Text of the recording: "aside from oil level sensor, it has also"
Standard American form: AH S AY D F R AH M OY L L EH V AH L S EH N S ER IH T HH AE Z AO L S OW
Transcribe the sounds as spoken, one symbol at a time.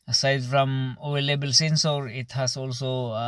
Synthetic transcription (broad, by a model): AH S AY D F R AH M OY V L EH B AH L S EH N S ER IH T HH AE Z AO L S OW